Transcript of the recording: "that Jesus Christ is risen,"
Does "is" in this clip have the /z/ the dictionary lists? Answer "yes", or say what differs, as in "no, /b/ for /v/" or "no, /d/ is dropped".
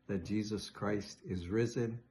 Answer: yes